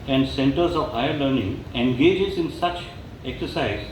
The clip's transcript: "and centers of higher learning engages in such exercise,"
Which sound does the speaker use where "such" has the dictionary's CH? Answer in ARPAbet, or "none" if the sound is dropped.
CH